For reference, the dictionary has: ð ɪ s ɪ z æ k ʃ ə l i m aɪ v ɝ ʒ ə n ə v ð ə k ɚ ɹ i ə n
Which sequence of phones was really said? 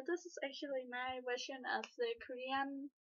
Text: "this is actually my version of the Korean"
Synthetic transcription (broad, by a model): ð ɪ s ɪ z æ k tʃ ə l i m aɪ w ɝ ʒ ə n ə v ð ə k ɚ ɹ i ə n